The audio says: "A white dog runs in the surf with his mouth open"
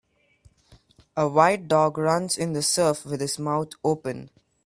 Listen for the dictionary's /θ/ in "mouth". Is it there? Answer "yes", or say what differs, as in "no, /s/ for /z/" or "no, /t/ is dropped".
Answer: no, /t/ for /θ/